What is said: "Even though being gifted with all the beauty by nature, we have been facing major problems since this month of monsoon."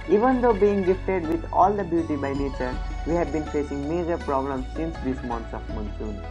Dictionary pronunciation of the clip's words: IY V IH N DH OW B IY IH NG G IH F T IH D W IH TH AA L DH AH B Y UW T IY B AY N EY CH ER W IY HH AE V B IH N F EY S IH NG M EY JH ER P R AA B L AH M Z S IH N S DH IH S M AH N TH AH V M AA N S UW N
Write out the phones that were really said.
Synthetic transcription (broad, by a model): IY V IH N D OW B IY IH NG G IH F T IH D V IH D AA L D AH B Y UW T IY B AY N EY CH ER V IY HH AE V B IH N F EY S IH NG M EY JH ER P R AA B L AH M S IH N S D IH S M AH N S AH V M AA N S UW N